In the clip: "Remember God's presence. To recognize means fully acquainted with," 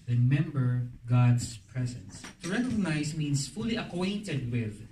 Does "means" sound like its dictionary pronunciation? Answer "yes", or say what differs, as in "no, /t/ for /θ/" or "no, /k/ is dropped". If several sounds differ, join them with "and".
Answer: no, /s/ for /z/